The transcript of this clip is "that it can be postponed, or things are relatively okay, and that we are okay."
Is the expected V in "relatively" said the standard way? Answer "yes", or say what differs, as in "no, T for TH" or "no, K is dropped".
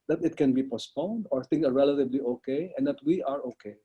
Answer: no, B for V